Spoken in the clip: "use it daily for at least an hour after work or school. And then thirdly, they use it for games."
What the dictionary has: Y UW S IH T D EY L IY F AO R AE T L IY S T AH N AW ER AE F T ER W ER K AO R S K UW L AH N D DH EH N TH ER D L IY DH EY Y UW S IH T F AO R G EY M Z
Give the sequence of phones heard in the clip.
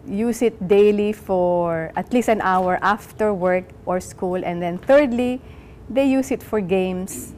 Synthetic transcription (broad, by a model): Y UW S IH T D EY L IY F AO R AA T L IY S T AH N AW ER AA F T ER W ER K AO R S K UW L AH N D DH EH N TH ER D L IY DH EY Y UW S IH T F AO R G EY M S